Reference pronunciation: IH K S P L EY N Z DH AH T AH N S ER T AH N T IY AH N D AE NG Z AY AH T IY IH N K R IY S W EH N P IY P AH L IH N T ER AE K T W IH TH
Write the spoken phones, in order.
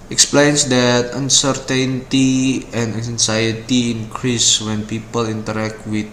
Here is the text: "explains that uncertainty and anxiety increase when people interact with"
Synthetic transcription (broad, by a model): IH K S P L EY N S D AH T AH N S ER T AH N T IY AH N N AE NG S AY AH T IY IH N K R IY S W EH N P IY P AH L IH N T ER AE K T W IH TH